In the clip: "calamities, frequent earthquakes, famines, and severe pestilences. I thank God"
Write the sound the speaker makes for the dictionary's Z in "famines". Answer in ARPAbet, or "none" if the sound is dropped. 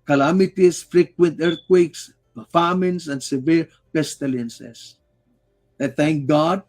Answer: S